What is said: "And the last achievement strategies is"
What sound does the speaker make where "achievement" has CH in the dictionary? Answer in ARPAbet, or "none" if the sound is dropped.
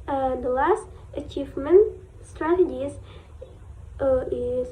CH